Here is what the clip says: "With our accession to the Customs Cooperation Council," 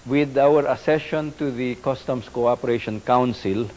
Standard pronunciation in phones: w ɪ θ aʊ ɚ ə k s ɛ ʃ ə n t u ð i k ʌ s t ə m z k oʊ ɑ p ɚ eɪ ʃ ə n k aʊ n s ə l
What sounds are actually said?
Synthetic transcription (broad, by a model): w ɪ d aʊ ɚ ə s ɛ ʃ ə n t u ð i k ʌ s t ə m s k oʊ ɑ p ɚ eɪ ʃ ə n k aʊ n s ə l